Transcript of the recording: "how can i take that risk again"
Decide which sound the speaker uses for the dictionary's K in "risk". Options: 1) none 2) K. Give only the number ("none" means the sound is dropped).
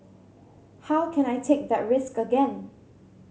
2